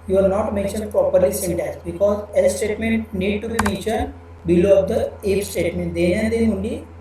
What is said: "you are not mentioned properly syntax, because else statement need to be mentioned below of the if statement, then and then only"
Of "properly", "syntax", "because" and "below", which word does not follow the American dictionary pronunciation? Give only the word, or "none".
syntax